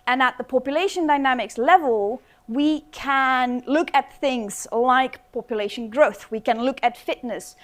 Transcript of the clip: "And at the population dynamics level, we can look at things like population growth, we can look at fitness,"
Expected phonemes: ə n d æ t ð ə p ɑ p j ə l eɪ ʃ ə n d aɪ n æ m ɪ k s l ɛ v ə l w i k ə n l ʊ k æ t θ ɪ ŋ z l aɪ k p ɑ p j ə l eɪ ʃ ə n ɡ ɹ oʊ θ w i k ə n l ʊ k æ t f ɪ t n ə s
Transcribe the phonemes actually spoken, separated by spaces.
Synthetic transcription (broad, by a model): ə n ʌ t ð ə p ɑ p j ə l eɪ ʃ ə n d aɪ n æ m ɪ k s l ɛ v ə l w i k ə n l ʊ k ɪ t θ ɪ ŋ z l aɪ k p ɑ p j ə l eɪ ʃ ə n ɡ ɹ oʊ θ w i k ə n l ʊ k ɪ t f ɪ t n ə s